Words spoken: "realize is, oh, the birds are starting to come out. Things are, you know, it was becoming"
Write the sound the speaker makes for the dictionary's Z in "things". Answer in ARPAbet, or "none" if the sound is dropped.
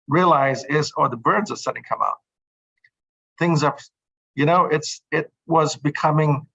Z